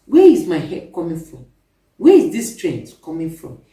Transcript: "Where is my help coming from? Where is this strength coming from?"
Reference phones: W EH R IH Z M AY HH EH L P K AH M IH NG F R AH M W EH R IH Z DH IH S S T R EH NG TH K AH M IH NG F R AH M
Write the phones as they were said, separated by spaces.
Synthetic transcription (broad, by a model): W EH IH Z M AY HH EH P K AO M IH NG F R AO M W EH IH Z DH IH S S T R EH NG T K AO M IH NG F R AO M